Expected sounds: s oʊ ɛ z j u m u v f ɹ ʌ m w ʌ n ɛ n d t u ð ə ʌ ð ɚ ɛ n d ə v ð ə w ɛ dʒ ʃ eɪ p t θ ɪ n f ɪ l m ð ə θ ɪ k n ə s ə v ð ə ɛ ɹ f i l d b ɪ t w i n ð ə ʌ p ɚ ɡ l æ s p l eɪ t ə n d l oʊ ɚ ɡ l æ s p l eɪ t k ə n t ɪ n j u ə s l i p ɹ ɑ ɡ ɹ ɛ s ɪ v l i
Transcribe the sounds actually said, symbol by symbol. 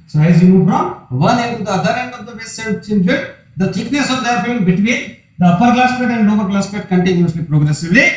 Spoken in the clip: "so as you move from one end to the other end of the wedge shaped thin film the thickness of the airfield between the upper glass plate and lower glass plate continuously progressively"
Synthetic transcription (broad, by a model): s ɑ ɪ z j u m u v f ɹ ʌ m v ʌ n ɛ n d t u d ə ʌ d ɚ ɛ n d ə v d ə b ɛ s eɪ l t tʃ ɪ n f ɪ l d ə t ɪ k n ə s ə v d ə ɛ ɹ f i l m b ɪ t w i n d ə ʌ p ɚ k l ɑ s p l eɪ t ə n d n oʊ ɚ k l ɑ s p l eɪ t k ə n t ɪ n j u ə s l i p ɹ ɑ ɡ ɹ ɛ s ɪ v l i